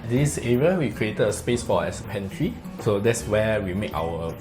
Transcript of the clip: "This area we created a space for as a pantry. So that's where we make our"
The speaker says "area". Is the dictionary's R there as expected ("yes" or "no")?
yes